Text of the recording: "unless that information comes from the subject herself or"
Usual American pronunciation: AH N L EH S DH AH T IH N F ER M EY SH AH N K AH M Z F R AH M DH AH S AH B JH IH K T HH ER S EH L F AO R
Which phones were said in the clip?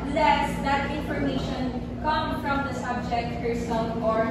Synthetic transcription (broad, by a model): L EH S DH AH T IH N F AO M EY SH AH N K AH M F R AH M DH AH S AH B JH IH K T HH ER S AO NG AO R